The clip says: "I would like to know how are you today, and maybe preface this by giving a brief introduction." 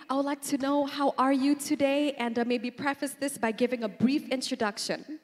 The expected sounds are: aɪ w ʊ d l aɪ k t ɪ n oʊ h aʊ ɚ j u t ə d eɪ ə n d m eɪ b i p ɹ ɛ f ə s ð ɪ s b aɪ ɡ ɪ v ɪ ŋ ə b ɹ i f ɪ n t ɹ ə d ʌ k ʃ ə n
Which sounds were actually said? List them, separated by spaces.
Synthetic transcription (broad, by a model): aɪ w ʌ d l aɪ k t ɪ n oʊ h aʊ ɚ j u t ə d eɪ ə n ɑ m eɪ b i p ɹ ɛ f ə s ð ɪ s b aɪ ɡ ɪ v ɪ ŋ ə b ɹ i f ɪ n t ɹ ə d ʌ k ʃ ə n